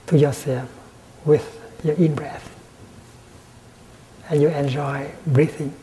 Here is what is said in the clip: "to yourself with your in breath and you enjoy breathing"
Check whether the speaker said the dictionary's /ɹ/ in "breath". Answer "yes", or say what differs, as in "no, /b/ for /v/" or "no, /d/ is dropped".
yes